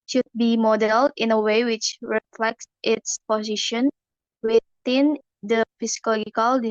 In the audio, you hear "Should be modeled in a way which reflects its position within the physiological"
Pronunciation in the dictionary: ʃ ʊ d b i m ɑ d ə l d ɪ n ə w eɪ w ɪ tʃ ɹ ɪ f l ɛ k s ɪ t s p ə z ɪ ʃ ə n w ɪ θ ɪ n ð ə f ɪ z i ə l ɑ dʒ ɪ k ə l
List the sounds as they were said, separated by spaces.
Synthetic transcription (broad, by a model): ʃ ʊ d b i m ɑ d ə l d ɪ n ə w eɪ w ɪ tʃ ɹ ɪ f l ɛ k s ɪ t s p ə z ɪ ʃ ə n w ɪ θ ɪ n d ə f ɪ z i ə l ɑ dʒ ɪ k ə l